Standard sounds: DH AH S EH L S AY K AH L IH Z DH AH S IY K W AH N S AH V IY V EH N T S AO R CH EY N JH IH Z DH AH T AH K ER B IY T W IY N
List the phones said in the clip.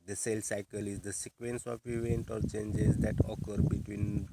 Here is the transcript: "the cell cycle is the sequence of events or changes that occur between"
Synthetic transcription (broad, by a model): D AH S EH L S AY K AH L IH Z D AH S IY K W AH N S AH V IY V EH N T AO R CH EY N JH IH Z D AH T AH K ER B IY T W IY N